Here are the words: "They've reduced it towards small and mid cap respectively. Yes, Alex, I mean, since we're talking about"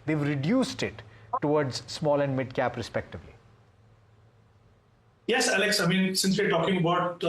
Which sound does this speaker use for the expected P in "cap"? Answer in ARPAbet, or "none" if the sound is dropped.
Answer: P